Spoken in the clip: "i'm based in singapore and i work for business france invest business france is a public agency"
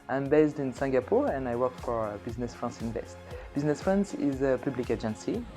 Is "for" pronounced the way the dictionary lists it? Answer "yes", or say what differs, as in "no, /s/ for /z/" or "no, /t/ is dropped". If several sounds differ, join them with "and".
yes